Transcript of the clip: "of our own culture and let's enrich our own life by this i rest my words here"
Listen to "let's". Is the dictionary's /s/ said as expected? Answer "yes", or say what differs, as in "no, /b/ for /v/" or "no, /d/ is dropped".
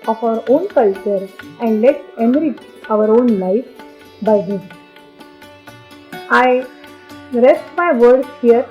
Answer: no, /s/ is dropped